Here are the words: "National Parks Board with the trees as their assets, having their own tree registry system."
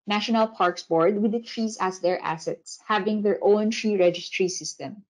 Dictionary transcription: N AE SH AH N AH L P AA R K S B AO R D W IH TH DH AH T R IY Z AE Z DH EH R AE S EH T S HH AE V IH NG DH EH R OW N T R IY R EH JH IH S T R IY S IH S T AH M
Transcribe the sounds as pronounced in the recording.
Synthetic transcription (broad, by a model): N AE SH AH N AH L P AA R K S B AO R D W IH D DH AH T R IY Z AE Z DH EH R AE S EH T S HH AE V IH NG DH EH R OW N T R IY R EH JH IH S T R IY S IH S T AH M